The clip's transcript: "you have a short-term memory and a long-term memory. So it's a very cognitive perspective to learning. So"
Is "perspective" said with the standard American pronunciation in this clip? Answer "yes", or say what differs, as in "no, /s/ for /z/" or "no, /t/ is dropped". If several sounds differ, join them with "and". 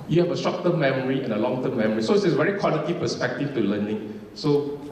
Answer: no, /f/ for /v/